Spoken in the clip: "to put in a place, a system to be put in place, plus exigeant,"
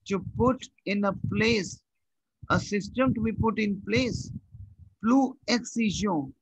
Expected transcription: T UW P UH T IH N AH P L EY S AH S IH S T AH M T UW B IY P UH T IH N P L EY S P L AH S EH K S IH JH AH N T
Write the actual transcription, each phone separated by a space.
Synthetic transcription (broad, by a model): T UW P UH T IH N AH P L EY S AH S IH S T AH M T UW B IY P UH T IH N P L EY S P L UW EH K S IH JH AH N